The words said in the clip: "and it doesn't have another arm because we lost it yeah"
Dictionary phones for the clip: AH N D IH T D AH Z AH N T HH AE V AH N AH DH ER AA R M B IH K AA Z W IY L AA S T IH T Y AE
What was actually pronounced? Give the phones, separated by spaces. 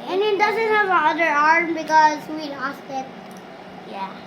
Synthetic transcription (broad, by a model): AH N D IH T D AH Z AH N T HH AE V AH AH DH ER AA R M B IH K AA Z W IY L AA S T IH T Y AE